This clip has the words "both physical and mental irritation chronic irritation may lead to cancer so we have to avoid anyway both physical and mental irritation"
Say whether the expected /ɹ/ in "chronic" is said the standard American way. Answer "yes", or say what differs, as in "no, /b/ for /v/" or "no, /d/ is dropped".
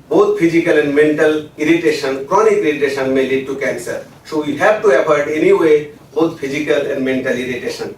yes